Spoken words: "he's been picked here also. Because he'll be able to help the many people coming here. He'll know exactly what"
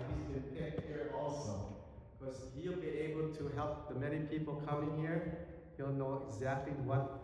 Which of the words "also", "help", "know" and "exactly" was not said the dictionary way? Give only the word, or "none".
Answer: none